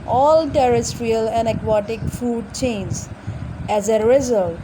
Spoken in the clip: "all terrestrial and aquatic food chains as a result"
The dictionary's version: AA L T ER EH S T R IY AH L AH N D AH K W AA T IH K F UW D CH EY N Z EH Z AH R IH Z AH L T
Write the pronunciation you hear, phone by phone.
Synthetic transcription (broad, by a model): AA L T ER EH S T R IY AH L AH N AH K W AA T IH K F UW D CH EY N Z EH Z AH R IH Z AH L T